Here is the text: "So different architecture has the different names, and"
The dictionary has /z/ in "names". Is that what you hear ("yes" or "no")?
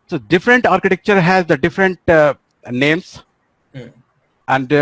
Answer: no